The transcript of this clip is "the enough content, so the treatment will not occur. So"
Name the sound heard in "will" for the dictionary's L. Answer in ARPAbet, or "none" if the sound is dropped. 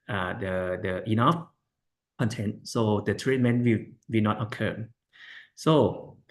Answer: W